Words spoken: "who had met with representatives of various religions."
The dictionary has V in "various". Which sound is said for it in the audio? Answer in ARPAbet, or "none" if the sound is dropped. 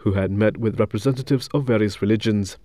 V